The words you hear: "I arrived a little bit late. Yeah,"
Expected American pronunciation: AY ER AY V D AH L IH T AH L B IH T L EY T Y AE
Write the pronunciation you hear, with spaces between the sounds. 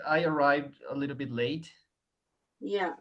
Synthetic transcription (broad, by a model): AY ER AY V D AH L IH T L B IH T L EY T Y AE